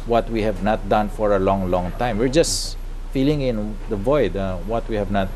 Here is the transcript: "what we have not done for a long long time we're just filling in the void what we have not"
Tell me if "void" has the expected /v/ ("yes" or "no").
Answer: yes